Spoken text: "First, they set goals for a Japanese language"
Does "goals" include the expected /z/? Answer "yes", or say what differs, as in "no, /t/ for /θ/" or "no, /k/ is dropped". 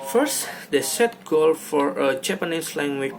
no, /z/ is dropped